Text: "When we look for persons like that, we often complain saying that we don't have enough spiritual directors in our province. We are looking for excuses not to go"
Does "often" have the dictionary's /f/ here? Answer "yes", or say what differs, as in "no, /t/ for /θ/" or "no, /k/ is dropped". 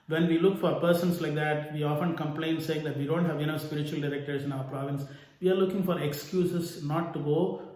yes